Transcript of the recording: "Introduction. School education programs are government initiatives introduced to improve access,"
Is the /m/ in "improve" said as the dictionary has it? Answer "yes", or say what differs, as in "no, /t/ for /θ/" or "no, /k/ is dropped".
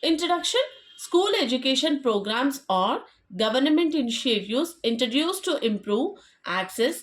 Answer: yes